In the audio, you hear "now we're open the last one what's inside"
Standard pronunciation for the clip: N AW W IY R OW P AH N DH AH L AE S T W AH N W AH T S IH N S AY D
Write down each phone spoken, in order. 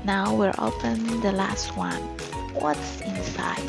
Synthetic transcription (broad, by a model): N AW W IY R OW P AH N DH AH L AE S T W AH N W AH T S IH N S AY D